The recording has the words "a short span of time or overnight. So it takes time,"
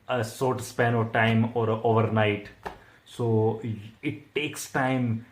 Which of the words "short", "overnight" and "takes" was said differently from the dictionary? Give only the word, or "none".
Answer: short